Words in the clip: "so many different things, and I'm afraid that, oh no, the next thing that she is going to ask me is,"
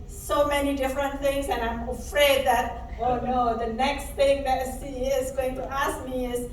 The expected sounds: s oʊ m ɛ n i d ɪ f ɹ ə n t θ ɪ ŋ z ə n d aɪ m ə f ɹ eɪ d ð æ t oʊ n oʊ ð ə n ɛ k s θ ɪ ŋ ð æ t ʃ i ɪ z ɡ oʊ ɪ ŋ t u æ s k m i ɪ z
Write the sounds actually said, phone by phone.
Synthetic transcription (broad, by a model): s oʊ m ɛ n i d ɪ f ɹ ə n t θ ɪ ŋ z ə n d aɪ m ə f ɹ eɪ d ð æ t oʊ n oʊ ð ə n ɛ k s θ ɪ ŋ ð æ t s i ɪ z ɡ oʊ ɪ ŋ t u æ s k m i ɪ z